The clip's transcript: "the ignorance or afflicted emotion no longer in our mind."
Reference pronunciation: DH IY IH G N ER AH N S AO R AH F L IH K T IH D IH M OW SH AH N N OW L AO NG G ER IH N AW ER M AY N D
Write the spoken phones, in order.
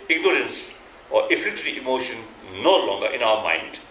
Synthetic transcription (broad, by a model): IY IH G N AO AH N S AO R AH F IH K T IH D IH M OW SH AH N N OW L AO NG G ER IH N AW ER M AY N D